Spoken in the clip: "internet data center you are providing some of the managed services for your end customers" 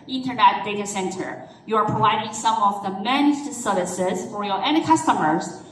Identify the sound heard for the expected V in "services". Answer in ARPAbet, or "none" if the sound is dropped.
none